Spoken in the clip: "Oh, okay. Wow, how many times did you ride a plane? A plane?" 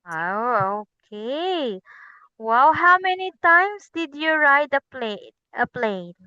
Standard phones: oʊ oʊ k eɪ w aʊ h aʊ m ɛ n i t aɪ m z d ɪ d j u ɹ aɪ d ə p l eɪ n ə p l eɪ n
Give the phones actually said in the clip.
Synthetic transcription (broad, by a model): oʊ oʊ k eɪ w aʊ h aʊ m ɛ n i t aɪ m s d ɪ d j u ɹ aɪ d ə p l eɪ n ə p l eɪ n